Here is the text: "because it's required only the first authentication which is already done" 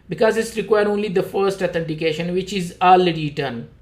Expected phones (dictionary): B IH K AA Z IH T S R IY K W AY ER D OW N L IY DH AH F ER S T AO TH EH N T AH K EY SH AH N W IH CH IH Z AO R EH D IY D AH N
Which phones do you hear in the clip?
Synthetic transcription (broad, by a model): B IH K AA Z IH T S R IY K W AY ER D OW N L IY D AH F ER S T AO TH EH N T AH K EY SH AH N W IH CH IH Z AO L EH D IY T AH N